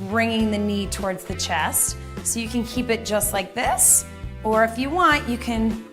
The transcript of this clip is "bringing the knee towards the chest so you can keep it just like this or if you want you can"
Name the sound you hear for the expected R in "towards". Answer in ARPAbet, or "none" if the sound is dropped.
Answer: R